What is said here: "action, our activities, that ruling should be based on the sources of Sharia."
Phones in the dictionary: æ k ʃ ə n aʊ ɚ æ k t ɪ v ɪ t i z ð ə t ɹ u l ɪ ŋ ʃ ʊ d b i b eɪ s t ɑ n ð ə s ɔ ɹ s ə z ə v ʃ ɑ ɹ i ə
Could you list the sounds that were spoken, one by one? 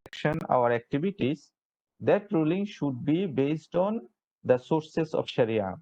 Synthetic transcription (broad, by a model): k ʃ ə n aʊ ɚ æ k t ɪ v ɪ t i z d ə t ɹ u l ɪ ŋ ʃ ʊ d b i b eɪ s t ɑ n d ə s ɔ ɹ s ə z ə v ʃ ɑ ɹ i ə